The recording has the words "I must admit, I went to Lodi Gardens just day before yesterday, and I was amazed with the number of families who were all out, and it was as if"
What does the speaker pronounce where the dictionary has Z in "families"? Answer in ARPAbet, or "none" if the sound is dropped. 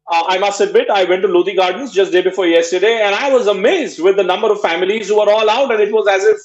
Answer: Z